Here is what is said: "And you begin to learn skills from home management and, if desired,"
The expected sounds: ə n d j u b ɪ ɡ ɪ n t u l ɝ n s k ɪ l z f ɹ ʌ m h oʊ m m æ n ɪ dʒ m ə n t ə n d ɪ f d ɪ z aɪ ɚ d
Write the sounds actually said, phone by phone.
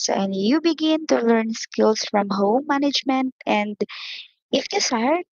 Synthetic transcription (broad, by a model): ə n j u b ɪ ɡ ɪ n t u l ɝ n s k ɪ l s f ɹ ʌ m h oʊ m m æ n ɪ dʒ m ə n t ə n d ɪ f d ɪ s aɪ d